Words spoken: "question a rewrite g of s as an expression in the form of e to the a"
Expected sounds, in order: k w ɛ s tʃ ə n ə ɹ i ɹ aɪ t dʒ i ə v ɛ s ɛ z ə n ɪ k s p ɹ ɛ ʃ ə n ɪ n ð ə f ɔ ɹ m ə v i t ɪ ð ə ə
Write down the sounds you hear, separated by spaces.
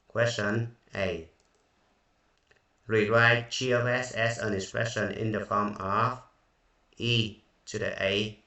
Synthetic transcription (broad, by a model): k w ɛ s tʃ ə n ə ɹ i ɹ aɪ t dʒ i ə ɛ s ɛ s ə n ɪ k s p ɹ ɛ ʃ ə n ɪ n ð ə f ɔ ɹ m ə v i t ɪ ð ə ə